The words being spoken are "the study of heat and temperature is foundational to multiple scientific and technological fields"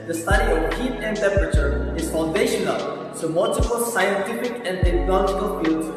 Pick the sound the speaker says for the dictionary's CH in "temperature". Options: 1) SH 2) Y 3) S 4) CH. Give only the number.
4